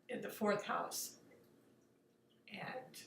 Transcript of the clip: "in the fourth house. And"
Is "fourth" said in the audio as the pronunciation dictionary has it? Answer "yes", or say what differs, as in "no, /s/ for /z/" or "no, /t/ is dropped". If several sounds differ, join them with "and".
yes